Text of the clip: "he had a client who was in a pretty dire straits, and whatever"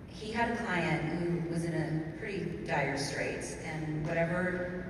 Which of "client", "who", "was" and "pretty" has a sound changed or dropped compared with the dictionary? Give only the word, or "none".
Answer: none